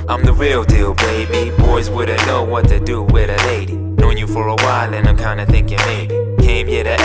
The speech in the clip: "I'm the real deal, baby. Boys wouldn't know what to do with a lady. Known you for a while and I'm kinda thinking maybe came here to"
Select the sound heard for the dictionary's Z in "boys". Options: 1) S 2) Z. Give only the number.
2